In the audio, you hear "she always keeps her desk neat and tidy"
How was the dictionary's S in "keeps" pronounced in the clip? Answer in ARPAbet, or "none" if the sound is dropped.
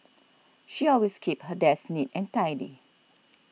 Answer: none